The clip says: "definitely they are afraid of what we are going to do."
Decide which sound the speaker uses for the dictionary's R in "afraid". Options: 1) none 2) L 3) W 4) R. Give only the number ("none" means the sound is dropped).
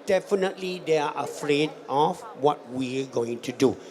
4